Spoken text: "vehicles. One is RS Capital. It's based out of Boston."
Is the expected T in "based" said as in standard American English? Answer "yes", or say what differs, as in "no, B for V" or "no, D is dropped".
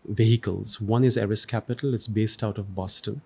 yes